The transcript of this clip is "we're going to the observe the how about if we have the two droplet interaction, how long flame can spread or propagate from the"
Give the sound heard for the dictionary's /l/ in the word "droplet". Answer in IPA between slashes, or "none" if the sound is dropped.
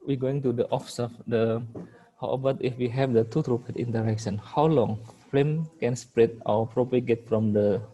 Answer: none